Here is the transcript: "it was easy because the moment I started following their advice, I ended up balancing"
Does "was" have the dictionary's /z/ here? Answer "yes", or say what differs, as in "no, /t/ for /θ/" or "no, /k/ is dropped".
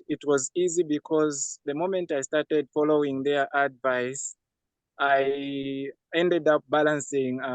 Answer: yes